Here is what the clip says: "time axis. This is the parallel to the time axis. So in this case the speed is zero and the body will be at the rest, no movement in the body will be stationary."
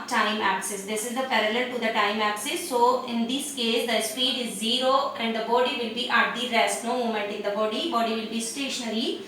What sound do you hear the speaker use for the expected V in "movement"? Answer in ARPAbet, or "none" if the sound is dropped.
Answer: none